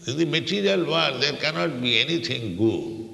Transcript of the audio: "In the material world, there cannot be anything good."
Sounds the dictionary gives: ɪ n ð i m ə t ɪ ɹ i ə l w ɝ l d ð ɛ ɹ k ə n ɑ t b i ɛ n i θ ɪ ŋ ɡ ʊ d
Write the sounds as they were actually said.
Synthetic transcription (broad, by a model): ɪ n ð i m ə t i ɹ i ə l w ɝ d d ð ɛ ɹ k ə n ɑ t b i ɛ n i t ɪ ŋ ɡ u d